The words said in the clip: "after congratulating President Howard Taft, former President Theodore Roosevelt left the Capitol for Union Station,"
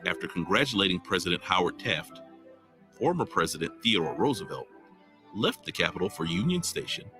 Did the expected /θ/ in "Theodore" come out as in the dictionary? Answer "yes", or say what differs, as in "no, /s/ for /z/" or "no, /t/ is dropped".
yes